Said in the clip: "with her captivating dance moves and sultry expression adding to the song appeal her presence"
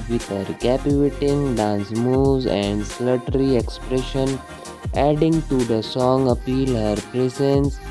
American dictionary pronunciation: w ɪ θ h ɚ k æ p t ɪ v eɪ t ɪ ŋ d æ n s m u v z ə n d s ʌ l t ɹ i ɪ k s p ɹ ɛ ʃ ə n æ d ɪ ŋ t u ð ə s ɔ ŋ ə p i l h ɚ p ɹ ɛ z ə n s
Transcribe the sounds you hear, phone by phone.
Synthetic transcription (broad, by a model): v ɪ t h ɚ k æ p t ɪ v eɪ t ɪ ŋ d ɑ n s m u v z ə n d s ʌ t ɹ i ɪ k s p ɹ ɛ ʃ ə n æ d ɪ ŋ t u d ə s ɔ ŋ ə p i l h ɚ p ɹ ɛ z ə n s